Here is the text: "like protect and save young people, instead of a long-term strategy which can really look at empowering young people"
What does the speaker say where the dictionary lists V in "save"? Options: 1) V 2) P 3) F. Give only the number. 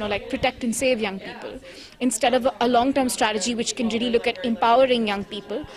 1